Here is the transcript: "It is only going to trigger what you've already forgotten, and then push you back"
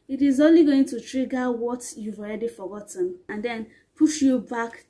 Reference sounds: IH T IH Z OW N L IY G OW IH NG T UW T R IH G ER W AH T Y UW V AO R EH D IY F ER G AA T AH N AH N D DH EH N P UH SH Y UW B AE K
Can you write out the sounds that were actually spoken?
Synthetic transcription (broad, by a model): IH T IH Z OW N L IY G OW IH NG T UW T R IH G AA W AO T Y UW V AO R EH D IY F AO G AA T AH N AH N D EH N P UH SH Y UW B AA K